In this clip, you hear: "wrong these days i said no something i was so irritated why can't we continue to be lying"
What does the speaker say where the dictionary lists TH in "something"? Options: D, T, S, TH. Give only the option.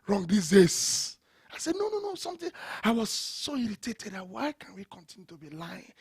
T